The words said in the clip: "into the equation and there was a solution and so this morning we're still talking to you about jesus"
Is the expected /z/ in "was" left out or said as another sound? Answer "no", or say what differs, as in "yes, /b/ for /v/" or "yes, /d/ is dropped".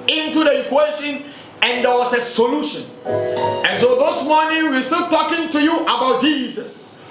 yes, /s/ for /z/